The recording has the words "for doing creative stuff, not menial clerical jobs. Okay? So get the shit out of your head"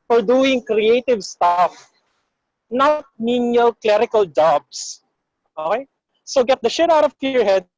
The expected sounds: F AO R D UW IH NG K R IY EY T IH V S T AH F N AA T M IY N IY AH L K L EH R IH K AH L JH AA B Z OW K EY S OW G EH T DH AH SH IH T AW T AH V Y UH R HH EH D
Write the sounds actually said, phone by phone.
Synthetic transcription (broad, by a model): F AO R D UW IH NG K R IY EY T IH V S T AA F N AA T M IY N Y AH L K L EH R IH K AH L JH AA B S OW K EY S OW G EH T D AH SH IH T AW T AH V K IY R HH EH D